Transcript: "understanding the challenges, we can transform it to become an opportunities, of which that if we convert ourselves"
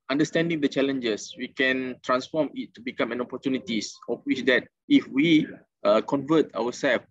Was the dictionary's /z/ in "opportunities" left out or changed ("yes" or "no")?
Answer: yes